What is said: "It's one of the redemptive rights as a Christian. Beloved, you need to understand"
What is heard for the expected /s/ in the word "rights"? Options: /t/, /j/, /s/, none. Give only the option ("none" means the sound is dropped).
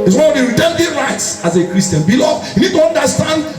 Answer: /s/